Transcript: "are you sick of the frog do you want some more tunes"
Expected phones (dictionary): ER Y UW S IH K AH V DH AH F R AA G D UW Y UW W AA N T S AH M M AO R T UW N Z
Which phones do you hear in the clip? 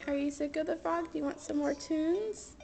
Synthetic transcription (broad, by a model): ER Y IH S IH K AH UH DH AH F AA G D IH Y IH W AA N T S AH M M AO R T UW N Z